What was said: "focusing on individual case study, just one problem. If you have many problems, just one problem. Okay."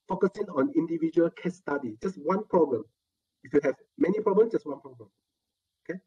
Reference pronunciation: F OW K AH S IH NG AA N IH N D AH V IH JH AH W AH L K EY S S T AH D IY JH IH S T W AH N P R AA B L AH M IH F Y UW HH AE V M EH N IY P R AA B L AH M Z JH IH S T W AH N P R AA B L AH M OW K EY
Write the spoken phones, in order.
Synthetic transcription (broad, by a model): F OW K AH S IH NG AA N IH N D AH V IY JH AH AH L K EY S S T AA D IY JH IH S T W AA N P R AA B L AH M IH F Y UW HH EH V M EH N IY P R AA B L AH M JH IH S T W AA N P R AA B L AH M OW K EY